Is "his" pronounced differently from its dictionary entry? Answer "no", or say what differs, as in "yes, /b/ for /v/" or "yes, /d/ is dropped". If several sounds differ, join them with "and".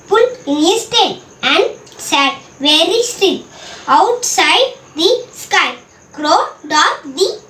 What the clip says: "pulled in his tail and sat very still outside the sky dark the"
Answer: yes, /s/ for /z/